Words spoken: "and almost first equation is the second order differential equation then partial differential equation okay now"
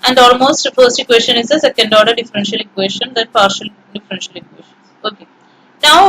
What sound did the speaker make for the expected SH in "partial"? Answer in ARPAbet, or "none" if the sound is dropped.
SH